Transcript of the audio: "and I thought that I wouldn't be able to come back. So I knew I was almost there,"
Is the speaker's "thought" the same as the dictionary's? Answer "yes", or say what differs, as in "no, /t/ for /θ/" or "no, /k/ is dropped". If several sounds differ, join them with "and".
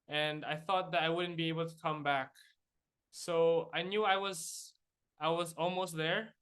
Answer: yes